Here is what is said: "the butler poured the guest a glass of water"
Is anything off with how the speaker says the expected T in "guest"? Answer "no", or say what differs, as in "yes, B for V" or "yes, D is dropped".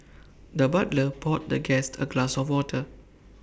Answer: no